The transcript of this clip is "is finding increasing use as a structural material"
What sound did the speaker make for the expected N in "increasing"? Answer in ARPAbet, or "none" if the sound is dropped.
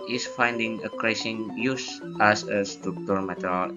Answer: none